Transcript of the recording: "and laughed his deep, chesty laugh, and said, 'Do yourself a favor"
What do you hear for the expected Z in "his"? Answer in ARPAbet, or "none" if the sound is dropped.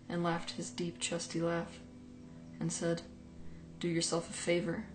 Z